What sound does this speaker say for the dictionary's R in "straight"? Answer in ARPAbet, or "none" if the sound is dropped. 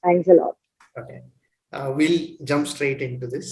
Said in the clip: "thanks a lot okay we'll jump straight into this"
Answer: R